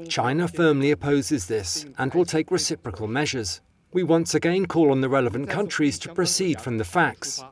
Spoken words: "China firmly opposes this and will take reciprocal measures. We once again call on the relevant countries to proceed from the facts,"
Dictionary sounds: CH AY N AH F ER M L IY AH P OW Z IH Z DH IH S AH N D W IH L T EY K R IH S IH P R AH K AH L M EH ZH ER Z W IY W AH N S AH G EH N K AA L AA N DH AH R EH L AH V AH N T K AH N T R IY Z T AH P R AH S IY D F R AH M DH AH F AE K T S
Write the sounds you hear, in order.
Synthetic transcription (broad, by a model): CH AY N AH F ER M L IY AH P OW Z IH Z DH IH S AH N W IH L T EY K R IH S IH P R AH K AH L M EH ZH ER Z W IY W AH N S AH G EH N K AA L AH N DH AH R EH L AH V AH N K AH N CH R IY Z T AH P R AH S IY D F R AH M DH AH F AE K T S